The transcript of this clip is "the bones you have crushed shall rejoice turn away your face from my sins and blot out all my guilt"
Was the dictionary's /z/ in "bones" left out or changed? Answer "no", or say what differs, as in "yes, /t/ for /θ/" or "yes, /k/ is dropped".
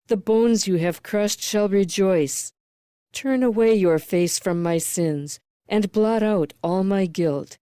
no